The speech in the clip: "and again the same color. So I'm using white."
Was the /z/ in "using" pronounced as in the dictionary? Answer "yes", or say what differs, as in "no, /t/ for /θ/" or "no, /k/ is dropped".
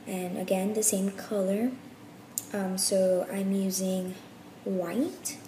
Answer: yes